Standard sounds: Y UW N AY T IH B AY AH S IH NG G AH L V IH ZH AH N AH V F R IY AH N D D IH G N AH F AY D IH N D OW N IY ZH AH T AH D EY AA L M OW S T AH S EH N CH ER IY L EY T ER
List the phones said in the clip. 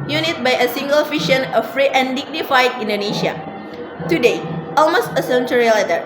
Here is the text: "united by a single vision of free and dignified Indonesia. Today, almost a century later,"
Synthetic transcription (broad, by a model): Y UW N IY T B AY AH S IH NG G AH L F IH SH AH N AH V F R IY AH N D D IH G N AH F AY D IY N D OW N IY SH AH T AH D EY AA L M OW S T AH S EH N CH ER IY L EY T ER